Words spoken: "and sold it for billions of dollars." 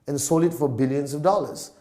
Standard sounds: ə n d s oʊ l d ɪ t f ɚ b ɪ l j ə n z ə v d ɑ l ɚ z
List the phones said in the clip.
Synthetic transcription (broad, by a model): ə n s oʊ l ɪ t f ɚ b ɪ l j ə n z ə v d ɑ l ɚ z